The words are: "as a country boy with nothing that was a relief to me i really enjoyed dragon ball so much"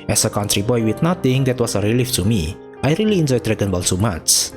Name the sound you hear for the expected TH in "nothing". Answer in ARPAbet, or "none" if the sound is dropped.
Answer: T